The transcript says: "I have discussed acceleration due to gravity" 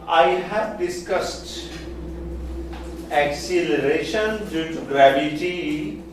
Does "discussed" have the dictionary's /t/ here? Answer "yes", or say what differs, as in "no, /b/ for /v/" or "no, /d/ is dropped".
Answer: yes